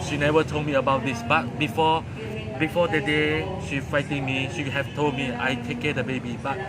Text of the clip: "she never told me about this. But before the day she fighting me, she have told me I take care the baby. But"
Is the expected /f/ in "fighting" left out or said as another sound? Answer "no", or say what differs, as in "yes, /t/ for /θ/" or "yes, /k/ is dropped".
no